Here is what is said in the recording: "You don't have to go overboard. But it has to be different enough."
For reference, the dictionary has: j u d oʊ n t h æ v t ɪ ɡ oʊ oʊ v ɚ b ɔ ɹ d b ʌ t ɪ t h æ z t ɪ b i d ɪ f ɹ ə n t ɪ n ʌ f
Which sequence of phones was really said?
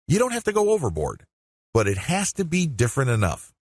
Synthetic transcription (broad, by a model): j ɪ d oʊ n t h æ f t ɪ ɡ oʊ oʊ v ɚ b ɔ ɹ d b ʌ t ɪ t h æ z t ɪ b i d ɪ f ɹ ə n t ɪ n ʌ f